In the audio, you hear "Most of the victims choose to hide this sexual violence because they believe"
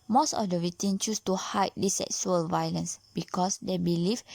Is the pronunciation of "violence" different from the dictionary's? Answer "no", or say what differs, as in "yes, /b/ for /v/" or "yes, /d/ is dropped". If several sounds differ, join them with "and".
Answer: no